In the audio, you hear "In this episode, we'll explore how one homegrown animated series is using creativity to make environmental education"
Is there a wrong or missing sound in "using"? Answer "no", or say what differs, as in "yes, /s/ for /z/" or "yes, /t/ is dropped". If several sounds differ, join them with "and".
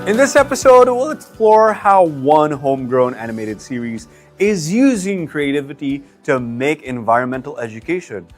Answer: no